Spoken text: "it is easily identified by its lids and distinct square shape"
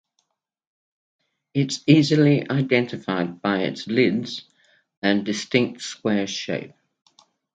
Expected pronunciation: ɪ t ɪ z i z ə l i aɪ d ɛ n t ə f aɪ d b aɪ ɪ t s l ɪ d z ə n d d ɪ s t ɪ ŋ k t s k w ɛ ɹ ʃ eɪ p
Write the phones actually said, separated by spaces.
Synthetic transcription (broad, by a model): ɪ t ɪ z i z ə l i aɪ d ɛ n t ə f aɪ d b aɪ ɪ t s l ɪ d z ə n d d ɪ s t ɪ ŋ k t s k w ɛ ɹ ʃ eɪ p